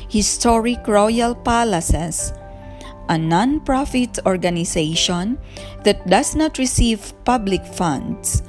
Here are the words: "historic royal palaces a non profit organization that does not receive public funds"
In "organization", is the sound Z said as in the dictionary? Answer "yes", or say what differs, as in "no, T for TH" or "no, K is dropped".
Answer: no, S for Z